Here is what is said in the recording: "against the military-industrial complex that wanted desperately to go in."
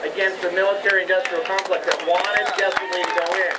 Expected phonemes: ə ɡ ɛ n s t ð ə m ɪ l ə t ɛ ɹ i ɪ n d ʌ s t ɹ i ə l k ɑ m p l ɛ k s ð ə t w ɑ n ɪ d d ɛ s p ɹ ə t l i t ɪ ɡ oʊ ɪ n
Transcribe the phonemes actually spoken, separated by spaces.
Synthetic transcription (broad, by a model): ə ɡ ɛ n s t ð ə m ɪ l ə t ɛ ɹ i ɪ n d ʌ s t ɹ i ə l k ɑ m f l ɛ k ð ə t w ɑ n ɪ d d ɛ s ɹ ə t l i t ɪ ɡ oʊ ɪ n